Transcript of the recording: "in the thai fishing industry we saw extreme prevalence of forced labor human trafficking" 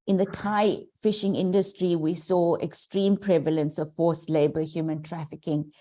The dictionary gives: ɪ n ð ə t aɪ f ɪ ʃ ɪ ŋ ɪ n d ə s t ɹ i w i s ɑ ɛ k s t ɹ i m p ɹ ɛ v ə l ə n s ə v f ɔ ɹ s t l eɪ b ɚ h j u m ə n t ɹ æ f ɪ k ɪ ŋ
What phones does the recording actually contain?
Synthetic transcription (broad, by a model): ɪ n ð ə t aɪ f ɪ ʃ ɪ ŋ ɪ n d ə s t ɹ i w i s ɑ ɛ k s t ɹ i m p ɹ ɛ v ə l ə n s ə v f ɔ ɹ s l eɪ b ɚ h j u m ə n t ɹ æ f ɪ k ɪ ŋ